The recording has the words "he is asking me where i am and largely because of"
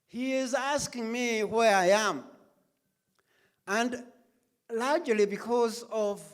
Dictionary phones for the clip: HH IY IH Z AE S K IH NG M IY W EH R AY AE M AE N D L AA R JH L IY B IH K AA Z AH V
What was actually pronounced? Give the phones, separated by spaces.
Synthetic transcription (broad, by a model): HH IY IH Z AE S K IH NG M IY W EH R AY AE M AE N D L AA R JH L IY B IH K AA Z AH V